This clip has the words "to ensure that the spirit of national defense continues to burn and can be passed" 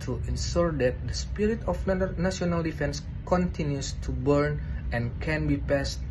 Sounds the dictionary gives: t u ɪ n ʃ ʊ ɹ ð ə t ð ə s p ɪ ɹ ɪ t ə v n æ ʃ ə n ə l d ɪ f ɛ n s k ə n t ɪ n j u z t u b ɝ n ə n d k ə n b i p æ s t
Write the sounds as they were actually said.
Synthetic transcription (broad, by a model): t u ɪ n s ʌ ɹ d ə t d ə s p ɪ ɹ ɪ t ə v n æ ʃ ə n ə l d ɪ f ɛ n s k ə n t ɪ n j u s t u b ɝ n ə n k ə n b i p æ s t